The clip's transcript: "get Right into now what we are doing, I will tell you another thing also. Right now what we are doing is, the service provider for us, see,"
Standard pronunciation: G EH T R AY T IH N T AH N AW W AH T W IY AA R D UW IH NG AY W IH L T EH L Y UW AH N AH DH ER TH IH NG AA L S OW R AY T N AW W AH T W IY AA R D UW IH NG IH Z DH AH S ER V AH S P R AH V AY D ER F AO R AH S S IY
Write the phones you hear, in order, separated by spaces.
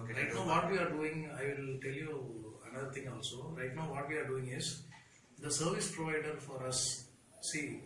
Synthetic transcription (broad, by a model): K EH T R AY IH T N AW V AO T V IY AA R D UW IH NG AY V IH L T EH L Y UW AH N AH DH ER T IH NG AA L S OW R AY T N AW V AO T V IY AA R D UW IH NG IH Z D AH S ER V AH S P R AH V AY D ER F AO R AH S S IY